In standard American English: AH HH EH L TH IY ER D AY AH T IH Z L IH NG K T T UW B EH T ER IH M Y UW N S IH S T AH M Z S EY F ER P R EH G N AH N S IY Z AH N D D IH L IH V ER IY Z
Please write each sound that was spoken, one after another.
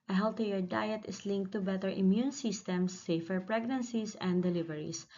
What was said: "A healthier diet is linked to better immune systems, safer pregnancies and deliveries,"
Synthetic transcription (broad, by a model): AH HH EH L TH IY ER D AY AH T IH S L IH NG K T T UW B EH T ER IH M Y UW N S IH S T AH M S EY F ER P R EH G N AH N S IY S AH N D D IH L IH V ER IY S